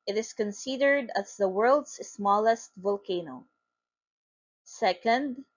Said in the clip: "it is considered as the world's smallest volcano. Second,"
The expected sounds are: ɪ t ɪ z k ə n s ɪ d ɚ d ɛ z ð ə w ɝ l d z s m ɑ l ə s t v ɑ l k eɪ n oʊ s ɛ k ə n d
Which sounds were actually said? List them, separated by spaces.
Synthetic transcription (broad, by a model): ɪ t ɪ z k ə n s ɪ d ɚ d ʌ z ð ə w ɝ l d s s m ɑ l ə s t v ɑ l k eɪ n oʊ s ɛ k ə n d